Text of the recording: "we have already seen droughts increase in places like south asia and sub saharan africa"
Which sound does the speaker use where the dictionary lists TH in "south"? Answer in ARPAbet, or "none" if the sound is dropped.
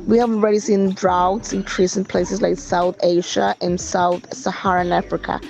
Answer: TH